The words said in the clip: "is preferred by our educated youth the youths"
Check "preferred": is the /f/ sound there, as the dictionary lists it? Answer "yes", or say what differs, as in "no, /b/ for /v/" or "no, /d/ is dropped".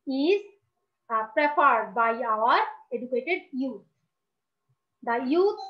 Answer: no, /p/ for /f/